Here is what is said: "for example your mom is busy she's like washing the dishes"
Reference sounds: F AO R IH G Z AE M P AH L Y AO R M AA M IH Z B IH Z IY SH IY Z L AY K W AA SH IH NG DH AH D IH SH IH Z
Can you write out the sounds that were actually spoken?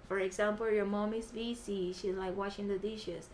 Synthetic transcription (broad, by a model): F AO R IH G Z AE M P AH L Y AO R M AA M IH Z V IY S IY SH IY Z L AY K W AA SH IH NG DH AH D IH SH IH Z